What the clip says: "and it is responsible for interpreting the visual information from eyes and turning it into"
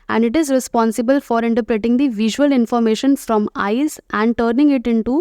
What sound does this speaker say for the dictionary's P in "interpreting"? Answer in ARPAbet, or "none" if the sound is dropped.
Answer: P